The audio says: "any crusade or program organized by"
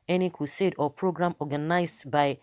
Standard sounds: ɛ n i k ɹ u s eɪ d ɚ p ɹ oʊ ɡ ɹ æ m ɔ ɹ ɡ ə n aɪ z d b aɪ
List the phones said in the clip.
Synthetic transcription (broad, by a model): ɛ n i k u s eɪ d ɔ p ɹ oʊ ɡ ɹ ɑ m ɔ ɡ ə n aɪ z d b aɪ